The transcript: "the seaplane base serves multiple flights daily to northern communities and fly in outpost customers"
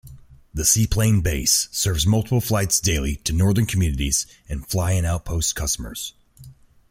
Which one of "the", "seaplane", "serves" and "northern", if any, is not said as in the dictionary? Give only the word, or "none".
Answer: none